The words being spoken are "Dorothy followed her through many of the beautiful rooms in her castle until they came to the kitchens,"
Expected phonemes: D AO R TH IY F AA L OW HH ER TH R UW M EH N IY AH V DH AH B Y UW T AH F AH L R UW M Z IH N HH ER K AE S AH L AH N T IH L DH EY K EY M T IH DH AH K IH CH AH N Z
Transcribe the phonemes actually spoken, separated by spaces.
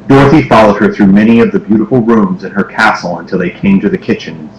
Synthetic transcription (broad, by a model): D AO R TH IY F AA L OW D ER TH R UW M EH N IY AH V DH AH B Y UW T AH F L R UW M Z IH N ER K AE S L AH N T IH L DH EY K EY M T IH DH AH K IH CH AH N